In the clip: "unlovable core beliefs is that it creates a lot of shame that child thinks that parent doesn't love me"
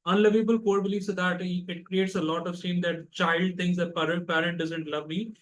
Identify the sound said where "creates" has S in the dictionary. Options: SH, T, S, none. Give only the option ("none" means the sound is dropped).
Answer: S